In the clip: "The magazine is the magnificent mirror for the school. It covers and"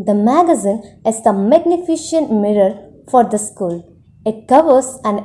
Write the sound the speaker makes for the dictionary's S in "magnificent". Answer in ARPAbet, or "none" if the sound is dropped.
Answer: SH